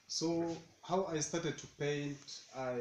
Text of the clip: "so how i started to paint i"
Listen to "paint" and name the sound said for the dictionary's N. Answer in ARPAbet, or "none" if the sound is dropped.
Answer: N